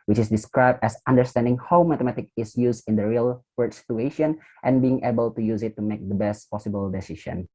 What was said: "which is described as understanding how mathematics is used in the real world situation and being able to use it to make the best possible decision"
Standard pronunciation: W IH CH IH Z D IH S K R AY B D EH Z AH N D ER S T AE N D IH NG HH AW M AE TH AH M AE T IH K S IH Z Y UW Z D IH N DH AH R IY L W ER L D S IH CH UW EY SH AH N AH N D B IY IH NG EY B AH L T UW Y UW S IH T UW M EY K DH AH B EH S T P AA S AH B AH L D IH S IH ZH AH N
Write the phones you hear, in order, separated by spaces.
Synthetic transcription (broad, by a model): W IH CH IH S D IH S K R AY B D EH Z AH N D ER S T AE N D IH NG HH AW M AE T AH M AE T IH K IH S Y UW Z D IH N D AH R IY L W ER D S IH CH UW EY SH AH N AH N B IY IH NG EY B AH L T UW Y UW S IH T UW M EY K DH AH B EH S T P AA S AH B AH L D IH S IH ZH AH N